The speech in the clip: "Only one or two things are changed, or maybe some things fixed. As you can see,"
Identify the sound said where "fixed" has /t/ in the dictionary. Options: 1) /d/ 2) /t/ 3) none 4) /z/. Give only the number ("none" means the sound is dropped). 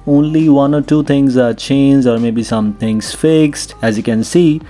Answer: 2